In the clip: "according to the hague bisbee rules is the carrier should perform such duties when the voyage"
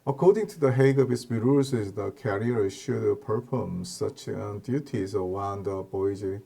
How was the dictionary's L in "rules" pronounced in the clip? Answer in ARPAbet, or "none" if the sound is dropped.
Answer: none